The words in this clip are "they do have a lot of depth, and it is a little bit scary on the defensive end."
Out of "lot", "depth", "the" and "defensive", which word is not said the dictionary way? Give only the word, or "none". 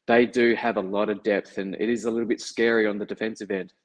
none